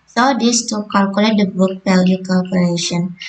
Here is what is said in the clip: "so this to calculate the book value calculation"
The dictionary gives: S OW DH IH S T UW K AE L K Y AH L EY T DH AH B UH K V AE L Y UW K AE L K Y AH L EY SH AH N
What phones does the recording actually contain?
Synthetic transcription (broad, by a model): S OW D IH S T UW K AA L K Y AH L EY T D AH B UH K P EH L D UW K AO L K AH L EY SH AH N